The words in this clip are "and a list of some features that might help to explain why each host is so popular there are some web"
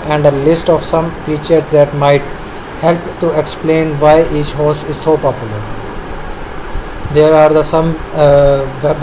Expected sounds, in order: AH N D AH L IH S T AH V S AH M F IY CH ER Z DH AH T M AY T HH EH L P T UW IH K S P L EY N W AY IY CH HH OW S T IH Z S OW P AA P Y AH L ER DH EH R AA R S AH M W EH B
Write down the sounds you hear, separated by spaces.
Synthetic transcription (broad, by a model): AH N D AH L IH S T AH V S AH M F IY CH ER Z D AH T M AY T HH EH L P T UW IH K S P L EY N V AY IY CH HH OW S IH Z S OW P AA P Y AH L ER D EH R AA R S AH M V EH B